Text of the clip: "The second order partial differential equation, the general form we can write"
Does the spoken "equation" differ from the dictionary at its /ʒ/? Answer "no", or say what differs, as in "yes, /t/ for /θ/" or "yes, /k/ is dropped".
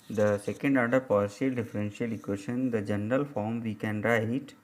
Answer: yes, /ʃ/ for /ʒ/